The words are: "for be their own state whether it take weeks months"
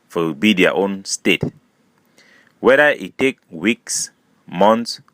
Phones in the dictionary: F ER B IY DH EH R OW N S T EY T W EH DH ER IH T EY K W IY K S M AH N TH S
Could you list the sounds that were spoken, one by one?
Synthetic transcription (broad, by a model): F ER B IY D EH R OW N S T EY T W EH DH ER IH T EY K W IY K S M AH N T S